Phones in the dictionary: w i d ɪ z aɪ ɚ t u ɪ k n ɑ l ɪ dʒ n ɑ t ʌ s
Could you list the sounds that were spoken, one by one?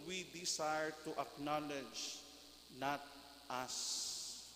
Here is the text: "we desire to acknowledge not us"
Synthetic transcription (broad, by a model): w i d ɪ s aɪ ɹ t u ɪ k n ɑ l ɪ dʒ n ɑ t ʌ s